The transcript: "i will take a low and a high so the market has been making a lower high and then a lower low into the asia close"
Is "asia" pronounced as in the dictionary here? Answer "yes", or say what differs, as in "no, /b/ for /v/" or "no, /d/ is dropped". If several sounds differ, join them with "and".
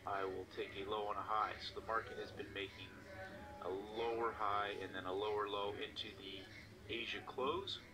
yes